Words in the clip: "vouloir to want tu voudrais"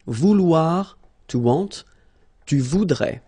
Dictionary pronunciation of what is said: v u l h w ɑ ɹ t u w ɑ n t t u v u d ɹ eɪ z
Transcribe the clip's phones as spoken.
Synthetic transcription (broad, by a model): v u l w ɑ ɹ t u w ɑ t t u v u d ɹ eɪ